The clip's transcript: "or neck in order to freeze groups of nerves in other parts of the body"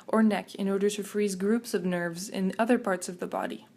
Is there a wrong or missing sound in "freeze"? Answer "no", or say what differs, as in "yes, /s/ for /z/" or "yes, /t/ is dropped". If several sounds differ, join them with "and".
no